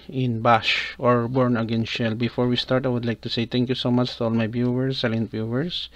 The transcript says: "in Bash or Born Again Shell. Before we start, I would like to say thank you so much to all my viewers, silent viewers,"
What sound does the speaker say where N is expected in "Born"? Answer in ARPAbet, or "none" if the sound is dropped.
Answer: N